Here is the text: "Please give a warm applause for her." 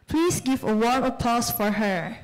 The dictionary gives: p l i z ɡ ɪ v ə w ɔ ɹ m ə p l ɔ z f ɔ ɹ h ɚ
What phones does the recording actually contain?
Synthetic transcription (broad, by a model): p l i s ɡ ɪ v ə w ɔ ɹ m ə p ɔ s f ɔ ɹ h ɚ